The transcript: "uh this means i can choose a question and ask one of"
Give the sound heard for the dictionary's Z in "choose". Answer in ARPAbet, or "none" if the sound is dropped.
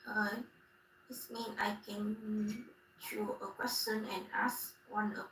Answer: none